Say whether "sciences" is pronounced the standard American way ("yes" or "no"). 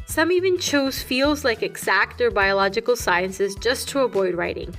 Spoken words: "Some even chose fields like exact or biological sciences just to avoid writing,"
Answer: yes